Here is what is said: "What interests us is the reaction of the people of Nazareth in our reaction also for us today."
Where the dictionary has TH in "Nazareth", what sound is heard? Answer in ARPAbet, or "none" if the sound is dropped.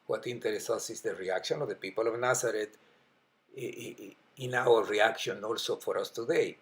T